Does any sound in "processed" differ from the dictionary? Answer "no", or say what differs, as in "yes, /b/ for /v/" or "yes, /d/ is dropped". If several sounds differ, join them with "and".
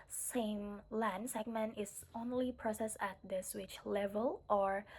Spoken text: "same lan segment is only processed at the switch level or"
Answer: yes, /t/ is dropped